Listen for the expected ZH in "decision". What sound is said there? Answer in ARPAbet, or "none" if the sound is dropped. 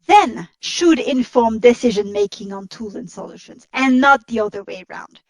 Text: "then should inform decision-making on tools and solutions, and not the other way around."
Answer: ZH